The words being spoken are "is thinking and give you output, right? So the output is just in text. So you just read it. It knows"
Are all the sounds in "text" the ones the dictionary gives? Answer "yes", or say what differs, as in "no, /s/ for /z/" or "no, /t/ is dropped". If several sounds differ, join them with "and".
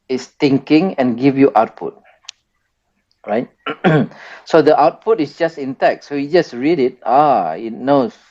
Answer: no, /s/ is dropped